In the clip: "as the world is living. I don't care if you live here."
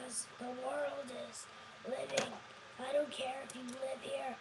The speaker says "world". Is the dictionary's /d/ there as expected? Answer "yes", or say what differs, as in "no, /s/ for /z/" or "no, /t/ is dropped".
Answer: yes